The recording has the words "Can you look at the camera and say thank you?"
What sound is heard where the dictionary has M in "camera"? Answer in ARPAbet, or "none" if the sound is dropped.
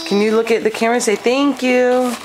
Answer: none